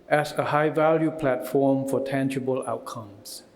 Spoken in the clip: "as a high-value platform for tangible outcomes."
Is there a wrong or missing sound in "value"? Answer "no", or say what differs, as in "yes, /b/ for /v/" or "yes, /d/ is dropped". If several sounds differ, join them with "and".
no